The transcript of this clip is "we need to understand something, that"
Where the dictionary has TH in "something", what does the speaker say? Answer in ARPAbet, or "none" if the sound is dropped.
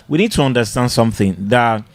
TH